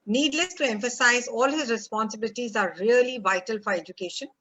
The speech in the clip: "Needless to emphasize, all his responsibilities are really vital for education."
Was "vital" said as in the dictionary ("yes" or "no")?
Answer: yes